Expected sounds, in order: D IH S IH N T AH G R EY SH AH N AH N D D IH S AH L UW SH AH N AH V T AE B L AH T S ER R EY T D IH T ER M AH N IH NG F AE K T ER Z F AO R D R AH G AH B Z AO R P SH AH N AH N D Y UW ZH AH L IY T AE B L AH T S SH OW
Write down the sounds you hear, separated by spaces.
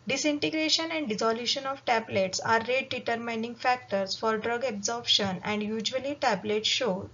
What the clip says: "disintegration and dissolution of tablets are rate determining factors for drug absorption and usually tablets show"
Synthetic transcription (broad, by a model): D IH S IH N T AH G R EY SH AH N AH N D D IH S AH L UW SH AH N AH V T AE B L AH T S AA R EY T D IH T ER M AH N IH NG F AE K T ER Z F AO R D R AH G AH B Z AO R B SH AH N AH N D Y UW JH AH L IY T AE B L AH T S SH OW